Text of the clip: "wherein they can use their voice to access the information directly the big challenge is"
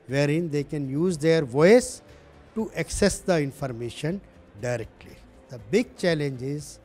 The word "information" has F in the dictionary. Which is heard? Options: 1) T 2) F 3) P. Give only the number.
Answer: 2